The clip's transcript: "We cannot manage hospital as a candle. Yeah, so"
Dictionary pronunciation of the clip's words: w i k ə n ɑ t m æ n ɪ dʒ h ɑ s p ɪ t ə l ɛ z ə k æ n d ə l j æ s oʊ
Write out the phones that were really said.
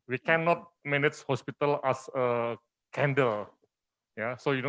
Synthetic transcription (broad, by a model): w i k ə n ɑ t m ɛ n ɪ tʃ h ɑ s p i t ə l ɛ s ə k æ n d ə l j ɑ s oʊ